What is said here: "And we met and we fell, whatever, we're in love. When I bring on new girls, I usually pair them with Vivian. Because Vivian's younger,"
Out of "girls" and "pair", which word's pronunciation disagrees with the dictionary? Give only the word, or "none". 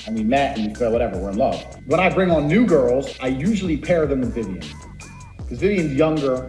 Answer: none